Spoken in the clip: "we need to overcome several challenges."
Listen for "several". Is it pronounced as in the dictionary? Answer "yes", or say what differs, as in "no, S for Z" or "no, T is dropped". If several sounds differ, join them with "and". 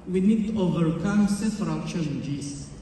no, F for V